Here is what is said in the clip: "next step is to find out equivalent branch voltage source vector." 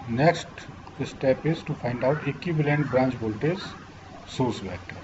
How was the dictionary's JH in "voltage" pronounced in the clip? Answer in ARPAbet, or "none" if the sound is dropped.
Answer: Z